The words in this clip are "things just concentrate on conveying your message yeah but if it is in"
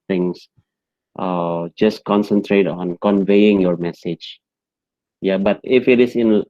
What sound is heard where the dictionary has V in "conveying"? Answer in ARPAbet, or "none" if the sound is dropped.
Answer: V